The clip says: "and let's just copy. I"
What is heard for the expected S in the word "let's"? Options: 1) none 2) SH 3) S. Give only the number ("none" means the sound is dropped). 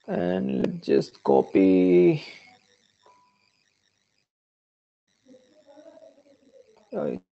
1